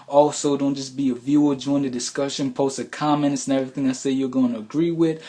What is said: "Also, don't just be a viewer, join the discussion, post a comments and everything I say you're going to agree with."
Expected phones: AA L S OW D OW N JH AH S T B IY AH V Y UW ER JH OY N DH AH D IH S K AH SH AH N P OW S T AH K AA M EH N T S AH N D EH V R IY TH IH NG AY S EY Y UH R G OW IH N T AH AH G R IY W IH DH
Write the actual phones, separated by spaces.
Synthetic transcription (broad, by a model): AA L S OW D OW N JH AH S B IY AH V Y UW ER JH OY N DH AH D IH S K AH SH AH N P OW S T AH K AA M EH N T S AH N EH V R IY TH IH NG AY S EY Y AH R G OW IH N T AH AH G R IY W IH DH